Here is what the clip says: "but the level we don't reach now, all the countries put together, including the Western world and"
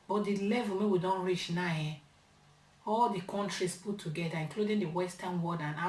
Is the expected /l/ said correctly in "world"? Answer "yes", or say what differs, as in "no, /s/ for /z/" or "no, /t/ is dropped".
no, /l/ is dropped